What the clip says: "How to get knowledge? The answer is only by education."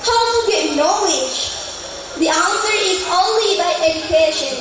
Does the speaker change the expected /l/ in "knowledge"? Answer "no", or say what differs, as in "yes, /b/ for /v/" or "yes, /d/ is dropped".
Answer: yes, /w/ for /l/